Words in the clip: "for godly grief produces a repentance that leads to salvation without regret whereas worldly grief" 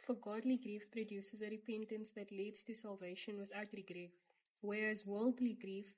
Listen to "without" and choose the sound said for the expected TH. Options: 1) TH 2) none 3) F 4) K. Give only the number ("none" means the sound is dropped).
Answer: 1